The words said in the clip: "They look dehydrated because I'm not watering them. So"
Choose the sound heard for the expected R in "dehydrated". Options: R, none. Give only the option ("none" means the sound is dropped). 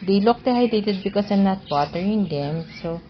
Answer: none